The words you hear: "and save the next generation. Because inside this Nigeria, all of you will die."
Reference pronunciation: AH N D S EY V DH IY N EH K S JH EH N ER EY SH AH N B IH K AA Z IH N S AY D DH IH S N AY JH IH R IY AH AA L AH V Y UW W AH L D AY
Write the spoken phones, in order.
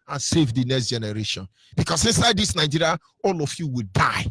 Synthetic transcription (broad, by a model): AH N S EY V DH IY N EH K S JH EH N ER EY SH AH N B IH K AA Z IH N S AY D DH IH S N AY JH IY R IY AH AA L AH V Y UW W AH L D AY